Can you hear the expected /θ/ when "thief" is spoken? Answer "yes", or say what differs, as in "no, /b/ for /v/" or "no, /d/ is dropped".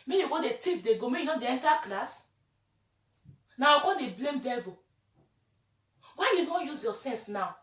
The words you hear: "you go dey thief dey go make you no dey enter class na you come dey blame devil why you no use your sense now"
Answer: no, /t/ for /θ/